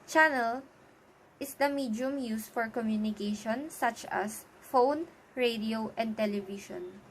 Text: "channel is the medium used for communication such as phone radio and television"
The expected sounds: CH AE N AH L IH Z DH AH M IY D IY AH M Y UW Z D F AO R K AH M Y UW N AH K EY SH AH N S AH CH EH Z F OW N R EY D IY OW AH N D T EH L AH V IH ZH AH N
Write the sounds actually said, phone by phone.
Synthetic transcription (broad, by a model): CH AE N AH L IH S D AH M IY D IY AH M Y UW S F AO R K AH M Y UW N AH K EY SH AH N S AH CH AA S F OW N R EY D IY OW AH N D T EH L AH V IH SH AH N